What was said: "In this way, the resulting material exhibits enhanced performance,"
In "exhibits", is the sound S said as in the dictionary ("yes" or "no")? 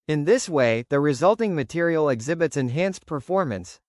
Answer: yes